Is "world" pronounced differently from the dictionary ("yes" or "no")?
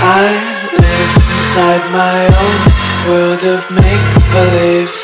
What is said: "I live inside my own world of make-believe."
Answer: no